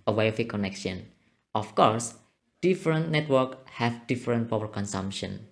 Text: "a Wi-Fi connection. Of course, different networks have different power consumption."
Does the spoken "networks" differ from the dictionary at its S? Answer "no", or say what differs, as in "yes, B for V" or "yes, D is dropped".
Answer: yes, S is dropped